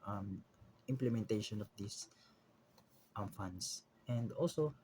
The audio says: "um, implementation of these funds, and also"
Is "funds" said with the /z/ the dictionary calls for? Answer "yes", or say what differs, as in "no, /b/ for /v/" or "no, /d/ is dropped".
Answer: no, /s/ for /z/